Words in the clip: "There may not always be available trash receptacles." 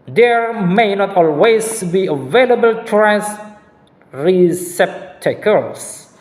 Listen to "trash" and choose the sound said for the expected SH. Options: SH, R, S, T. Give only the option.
S